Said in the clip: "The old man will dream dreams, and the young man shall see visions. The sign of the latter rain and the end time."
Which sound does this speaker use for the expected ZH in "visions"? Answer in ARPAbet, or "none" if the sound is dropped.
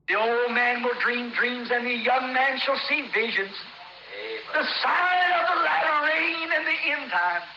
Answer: ZH